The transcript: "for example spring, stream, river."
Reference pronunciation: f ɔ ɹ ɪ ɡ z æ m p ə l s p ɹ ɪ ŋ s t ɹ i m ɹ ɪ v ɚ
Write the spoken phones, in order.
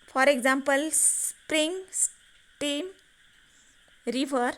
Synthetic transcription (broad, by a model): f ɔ ɹ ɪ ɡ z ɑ m p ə l s p ɹ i ŋ s t i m ɹ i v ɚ